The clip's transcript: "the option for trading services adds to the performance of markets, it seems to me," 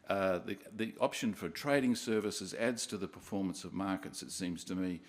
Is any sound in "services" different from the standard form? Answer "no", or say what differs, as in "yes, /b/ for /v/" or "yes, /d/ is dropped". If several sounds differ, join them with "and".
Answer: no